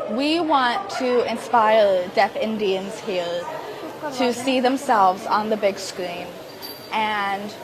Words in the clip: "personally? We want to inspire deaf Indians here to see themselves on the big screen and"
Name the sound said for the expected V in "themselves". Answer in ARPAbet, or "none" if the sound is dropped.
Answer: V